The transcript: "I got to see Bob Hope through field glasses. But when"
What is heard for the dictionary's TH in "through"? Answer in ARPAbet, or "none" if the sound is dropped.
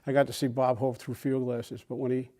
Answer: TH